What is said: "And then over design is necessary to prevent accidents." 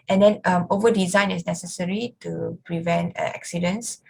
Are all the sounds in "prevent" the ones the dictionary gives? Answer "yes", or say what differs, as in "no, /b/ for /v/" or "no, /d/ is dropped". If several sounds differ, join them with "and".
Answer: yes